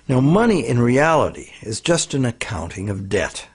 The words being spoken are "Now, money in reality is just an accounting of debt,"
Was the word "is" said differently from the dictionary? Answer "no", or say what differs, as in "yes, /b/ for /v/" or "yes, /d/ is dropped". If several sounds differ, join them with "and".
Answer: no